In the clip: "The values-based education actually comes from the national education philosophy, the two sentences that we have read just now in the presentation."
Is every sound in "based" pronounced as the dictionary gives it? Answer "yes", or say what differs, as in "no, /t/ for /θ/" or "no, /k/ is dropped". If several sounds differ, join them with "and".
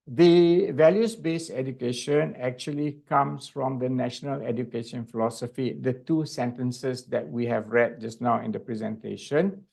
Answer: no, /t/ is dropped